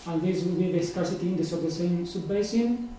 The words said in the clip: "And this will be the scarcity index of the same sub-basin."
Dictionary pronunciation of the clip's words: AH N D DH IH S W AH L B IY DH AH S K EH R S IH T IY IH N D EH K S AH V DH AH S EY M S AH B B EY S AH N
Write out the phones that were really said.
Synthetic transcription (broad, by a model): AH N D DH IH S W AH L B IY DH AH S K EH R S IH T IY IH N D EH S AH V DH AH S EY M S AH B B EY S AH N